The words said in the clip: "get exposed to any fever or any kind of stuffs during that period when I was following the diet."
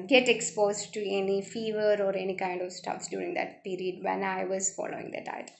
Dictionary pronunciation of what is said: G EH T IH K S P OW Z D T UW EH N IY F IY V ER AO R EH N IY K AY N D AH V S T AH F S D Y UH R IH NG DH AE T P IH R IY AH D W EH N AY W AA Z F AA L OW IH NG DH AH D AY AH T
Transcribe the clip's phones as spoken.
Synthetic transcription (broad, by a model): G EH T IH K S P OW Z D T UW EH N IY F IY V ER AO R EH N IY K AY N D AH V S T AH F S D Y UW R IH NG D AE T P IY R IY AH D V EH N AY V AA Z F AA L OW IH NG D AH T AY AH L